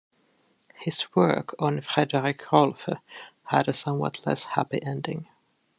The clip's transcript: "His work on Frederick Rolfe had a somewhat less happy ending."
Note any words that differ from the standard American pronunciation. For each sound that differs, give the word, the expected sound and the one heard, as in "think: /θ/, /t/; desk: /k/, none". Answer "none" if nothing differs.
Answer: none